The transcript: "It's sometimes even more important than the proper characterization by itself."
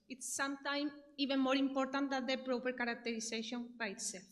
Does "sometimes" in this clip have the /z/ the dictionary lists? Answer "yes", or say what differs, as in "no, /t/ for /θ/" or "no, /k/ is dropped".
no, /z/ is dropped